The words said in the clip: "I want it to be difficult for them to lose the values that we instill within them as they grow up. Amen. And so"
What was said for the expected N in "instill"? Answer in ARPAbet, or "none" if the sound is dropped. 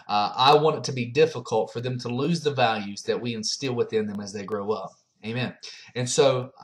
N